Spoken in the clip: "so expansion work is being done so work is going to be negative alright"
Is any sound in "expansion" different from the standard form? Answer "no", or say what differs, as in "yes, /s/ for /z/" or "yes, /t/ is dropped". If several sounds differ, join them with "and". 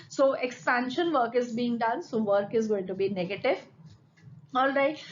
no